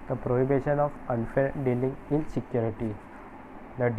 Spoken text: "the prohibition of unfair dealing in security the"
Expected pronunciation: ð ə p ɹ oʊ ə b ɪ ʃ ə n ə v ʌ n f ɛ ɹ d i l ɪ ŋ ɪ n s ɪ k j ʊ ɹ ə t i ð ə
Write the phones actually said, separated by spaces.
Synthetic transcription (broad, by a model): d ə p ɹ oʊ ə b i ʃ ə n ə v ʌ n f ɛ l d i l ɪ ŋ ɪ n s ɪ k j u ɹ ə t i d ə